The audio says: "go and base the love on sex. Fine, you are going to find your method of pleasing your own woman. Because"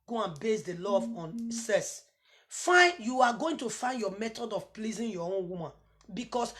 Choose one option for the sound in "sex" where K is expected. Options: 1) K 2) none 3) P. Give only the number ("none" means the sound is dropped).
2